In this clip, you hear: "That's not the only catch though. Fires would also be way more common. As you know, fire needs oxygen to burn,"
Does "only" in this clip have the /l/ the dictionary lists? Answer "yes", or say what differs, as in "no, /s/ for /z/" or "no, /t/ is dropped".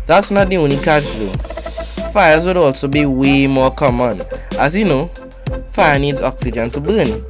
no, /l/ is dropped